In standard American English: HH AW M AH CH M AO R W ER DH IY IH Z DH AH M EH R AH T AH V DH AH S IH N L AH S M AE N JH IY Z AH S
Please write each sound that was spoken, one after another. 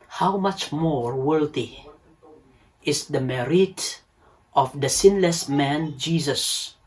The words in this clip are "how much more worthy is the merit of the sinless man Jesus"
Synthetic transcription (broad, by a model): HH AW M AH CH M AO R W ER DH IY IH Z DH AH M EH R AH T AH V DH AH S IH N L AH S M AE N JH IY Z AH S